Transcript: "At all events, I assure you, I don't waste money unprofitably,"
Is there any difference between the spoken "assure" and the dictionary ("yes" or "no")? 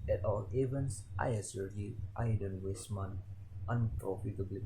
yes